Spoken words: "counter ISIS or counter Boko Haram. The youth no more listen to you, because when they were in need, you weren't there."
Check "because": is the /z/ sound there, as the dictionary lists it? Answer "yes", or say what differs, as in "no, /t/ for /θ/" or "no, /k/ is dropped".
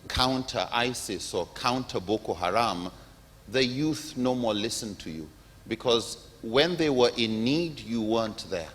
yes